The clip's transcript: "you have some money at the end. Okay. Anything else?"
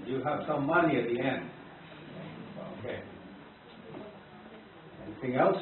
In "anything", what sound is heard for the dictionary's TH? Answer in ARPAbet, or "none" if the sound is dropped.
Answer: TH